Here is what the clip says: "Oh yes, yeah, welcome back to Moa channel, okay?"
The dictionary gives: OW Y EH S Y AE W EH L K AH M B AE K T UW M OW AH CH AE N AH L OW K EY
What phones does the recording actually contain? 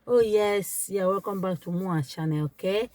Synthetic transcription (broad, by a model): OW Y EH S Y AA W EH K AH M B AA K T UW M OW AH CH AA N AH OW K EY